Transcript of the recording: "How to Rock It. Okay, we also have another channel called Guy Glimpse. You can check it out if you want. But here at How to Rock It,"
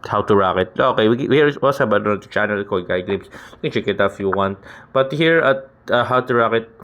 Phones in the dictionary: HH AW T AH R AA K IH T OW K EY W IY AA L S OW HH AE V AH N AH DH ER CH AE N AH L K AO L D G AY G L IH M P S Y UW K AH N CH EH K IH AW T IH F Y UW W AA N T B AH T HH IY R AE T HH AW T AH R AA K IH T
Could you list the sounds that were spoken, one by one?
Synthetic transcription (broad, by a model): HH AW T AH R AA K IH T OW K EY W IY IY W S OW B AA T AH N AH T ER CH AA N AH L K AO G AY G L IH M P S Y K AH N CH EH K IH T IH F Y UW W AA N T B AH T HH IY R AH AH HH AW T AH R AA K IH T